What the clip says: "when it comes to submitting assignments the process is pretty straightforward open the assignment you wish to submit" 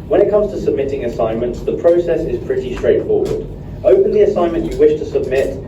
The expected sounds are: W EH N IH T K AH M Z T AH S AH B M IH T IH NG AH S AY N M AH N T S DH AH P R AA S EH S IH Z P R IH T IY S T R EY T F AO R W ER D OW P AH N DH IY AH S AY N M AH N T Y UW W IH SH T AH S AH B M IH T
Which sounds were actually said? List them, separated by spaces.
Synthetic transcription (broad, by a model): W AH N IH T K AH M Z T AH S AH B M IH T IH NG AH S AY N M AH N T S DH AH P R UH S EH S IH Z P R IH T IY S T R EY T F AO W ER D OW P AH N DH IY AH S AY N M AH N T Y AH W IH SH T AH S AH B M IH T